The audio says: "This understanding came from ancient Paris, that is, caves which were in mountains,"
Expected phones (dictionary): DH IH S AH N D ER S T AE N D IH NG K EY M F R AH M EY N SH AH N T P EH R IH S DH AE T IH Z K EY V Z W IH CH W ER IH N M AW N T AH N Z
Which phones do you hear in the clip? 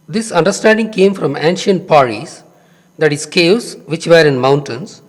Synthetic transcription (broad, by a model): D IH S AH N D ER S T AE N D IH NG K EY M F R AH M EY N SH AH N T P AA R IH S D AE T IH S K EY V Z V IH CH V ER IH N M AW N T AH N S